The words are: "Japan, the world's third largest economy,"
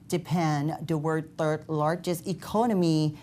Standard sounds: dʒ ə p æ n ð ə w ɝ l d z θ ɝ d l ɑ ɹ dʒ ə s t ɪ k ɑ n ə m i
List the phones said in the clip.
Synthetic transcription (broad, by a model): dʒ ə p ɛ n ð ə w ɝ d θ ɝ d l ɑ ɹ dʒ ə s t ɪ k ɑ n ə m i